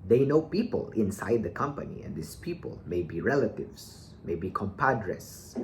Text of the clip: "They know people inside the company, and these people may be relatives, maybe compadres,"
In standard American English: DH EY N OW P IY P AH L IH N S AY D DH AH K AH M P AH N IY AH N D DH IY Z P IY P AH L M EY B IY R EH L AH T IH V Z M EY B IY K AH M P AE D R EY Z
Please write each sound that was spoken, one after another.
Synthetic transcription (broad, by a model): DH EY N OW P IY P AH L IH N S AY D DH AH K AH M P AH N IY AH N D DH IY S P IY P AH L M EY B IY R EH L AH T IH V S M EY B IY K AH M P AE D R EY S